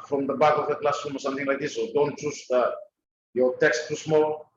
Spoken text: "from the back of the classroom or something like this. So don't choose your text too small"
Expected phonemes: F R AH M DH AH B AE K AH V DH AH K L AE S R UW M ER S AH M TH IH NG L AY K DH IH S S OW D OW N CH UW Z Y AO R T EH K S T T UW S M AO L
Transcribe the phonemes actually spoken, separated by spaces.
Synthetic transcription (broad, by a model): F R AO M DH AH B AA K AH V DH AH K L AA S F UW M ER S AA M T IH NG L AY K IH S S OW D OW N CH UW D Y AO T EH K S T T UW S M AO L